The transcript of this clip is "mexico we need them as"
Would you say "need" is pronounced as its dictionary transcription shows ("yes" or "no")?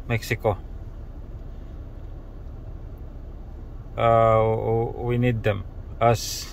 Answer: yes